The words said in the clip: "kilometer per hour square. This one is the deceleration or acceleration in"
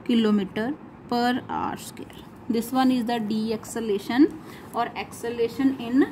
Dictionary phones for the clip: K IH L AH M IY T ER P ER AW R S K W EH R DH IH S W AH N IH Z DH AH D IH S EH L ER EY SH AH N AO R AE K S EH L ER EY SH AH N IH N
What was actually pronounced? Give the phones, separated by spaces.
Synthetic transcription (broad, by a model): K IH L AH M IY T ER P ER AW R S K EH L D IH S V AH N IH Z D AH D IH S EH L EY SH AH N AO R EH K S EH L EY SH AH N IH N